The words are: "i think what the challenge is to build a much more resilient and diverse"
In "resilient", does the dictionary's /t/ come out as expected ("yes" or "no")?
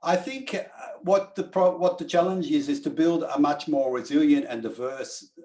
yes